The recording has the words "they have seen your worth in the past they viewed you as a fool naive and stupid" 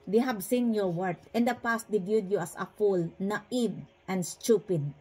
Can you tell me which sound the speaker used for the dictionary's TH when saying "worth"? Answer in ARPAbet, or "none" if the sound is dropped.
T